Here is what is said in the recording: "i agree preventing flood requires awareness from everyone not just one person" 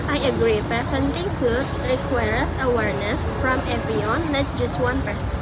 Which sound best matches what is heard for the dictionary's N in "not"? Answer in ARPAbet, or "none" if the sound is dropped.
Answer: L